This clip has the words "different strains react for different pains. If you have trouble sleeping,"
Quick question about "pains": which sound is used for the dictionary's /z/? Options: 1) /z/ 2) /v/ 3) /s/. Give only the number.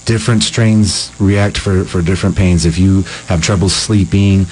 1